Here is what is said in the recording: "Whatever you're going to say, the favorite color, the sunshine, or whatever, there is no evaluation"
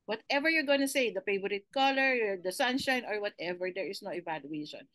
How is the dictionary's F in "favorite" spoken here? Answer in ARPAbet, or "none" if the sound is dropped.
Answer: P